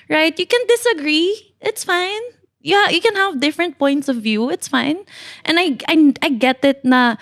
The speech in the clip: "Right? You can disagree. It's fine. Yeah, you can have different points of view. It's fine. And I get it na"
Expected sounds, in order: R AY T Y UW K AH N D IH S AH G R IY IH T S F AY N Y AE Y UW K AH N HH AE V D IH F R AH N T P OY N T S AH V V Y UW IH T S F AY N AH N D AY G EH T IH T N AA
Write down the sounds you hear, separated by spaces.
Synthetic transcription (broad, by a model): R AY T Y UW K AH N D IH S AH G R IY IH T S F AY N Y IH Y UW K AH N HH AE V D IH F R AH N T P OY N T S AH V V Y UW IH T S F AY N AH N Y AY G EH T IH T N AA